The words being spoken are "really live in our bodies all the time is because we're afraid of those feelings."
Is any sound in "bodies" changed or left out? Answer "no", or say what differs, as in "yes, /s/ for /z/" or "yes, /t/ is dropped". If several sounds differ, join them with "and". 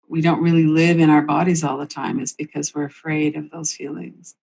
no